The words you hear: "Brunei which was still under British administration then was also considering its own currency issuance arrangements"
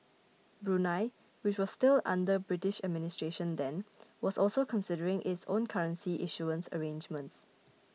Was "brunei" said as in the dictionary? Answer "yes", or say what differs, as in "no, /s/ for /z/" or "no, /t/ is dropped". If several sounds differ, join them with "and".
yes